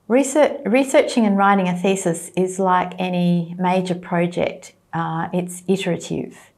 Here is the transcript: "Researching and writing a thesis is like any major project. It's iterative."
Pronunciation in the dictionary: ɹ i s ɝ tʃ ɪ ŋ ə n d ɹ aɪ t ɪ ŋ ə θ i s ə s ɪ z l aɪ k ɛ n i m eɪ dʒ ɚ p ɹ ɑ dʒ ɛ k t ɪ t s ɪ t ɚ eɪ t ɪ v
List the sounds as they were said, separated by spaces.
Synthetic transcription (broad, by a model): ɹ i s ɝ tʃ ɪ ŋ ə n ɹ aɪ t ɪ ŋ ə θ i s ə s ɪ z l aɪ k ɛ n i m eɪ dʒ ɚ p ɹ ɑ dʒ ɛ k t ɪ t s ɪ t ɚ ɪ t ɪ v